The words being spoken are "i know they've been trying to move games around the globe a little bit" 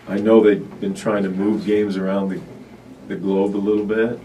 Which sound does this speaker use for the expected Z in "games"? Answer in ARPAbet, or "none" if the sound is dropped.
Z